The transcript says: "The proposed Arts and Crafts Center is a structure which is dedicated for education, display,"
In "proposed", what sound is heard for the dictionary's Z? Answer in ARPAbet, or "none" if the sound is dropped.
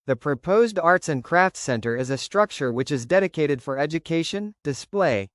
Z